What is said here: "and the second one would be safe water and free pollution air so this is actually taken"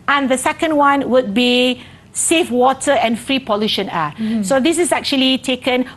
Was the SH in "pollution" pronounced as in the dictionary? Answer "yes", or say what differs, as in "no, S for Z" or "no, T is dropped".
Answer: yes